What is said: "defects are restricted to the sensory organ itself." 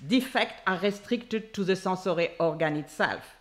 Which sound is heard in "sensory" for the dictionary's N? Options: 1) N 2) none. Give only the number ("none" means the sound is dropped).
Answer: 2